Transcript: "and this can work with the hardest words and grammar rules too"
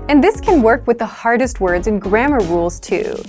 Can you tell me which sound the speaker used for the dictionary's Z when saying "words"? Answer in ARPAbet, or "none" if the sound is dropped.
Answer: Z